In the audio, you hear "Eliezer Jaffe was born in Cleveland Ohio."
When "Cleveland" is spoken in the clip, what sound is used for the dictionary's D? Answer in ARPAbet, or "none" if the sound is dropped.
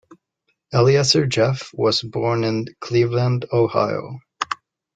D